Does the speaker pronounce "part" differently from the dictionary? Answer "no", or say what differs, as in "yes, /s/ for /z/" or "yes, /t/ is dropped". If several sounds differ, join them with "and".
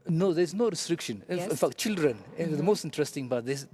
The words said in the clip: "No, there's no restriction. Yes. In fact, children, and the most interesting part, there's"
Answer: yes, /b/ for /p/